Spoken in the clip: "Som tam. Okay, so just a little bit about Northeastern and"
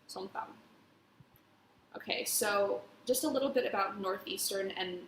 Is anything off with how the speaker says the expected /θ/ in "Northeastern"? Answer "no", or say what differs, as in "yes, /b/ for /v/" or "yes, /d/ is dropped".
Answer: no